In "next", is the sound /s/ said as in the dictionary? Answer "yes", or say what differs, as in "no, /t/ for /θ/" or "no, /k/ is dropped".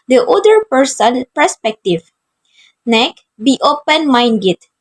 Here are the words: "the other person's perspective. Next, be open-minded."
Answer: no, /s/ is dropped